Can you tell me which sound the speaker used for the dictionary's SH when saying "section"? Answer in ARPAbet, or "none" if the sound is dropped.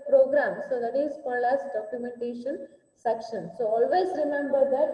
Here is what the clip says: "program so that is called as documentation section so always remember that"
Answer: SH